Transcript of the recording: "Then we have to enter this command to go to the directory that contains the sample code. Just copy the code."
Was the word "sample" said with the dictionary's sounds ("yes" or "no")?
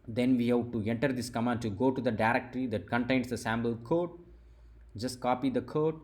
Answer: no